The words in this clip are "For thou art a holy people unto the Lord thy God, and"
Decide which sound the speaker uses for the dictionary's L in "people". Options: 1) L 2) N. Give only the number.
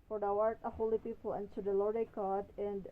1